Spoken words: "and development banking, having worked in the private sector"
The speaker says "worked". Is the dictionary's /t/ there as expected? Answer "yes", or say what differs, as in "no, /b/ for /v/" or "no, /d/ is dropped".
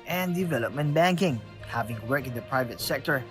no, /t/ is dropped